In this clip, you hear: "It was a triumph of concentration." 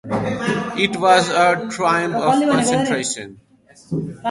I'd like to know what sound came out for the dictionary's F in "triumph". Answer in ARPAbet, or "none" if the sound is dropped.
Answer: P